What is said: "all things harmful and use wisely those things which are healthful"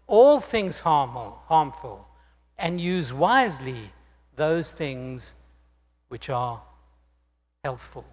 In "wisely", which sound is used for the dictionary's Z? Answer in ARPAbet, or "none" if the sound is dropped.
Z